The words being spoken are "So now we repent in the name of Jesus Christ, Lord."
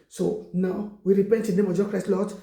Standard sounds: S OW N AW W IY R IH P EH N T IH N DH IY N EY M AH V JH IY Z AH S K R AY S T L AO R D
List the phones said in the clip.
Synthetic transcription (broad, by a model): S OW N AW W IY R IH P EH N T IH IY N EY M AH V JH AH K R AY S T L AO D